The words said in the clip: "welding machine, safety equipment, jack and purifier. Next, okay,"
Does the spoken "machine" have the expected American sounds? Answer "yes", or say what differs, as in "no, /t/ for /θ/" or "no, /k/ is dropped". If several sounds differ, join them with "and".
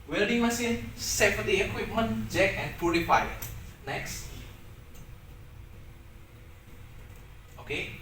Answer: no, /s/ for /ʃ/